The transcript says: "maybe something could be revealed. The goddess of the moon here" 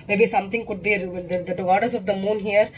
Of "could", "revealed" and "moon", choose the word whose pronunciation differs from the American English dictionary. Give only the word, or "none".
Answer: revealed